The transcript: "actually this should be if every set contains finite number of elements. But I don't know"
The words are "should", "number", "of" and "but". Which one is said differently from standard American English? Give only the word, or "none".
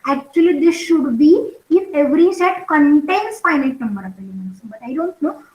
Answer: of